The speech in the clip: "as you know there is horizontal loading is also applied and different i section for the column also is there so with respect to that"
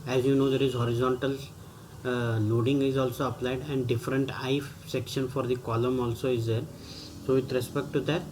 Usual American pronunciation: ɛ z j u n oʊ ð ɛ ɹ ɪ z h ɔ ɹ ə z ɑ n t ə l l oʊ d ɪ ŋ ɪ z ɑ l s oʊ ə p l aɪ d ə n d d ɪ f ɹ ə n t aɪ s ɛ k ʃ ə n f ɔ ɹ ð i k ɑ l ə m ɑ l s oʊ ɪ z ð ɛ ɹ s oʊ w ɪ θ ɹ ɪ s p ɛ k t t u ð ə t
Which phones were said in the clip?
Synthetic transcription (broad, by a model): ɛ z j u n oʊ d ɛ ɹ ɪ z h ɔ ɹ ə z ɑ n t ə l n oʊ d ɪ ŋ ɪ z ɑ l s oʊ ə p l aɪ d ə n d d ɪ f ɹ ə n t aɪ s ɛ k ʃ ə n f ɔ ɹ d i k ɑ l ə m ɑ l s oʊ ɪ z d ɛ ɹ s oʊ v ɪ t ɹ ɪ s p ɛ k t t u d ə t